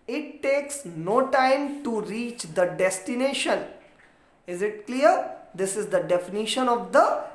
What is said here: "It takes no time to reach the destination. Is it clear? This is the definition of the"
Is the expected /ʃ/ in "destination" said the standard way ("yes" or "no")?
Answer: yes